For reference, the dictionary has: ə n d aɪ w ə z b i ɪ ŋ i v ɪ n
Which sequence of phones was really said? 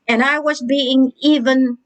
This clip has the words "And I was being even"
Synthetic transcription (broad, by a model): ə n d aɪ w ə z b i ɪ ŋ i v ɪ n